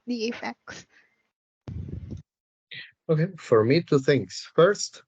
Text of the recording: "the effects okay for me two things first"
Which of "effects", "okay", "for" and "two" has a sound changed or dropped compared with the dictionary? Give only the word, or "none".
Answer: none